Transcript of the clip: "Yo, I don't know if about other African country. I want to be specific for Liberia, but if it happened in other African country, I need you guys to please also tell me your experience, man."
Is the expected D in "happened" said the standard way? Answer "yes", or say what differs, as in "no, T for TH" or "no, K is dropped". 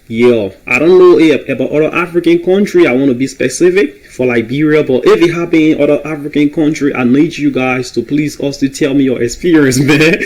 no, D is dropped